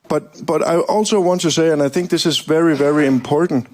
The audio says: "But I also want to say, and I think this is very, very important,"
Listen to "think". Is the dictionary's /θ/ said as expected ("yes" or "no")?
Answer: yes